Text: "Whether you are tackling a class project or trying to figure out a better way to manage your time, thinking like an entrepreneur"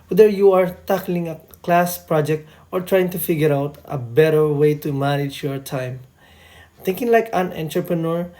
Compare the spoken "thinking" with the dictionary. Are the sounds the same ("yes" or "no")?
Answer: no